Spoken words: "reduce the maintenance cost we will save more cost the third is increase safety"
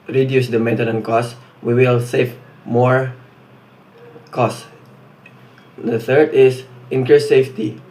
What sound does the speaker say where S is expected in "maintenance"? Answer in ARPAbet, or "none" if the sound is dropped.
none